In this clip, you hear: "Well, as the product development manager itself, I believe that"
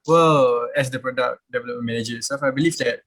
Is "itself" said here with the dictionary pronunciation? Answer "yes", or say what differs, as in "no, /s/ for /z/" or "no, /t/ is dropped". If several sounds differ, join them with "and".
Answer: no, /l/ is dropped